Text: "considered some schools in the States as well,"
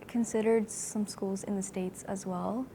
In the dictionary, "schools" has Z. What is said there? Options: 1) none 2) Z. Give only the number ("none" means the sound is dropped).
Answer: 2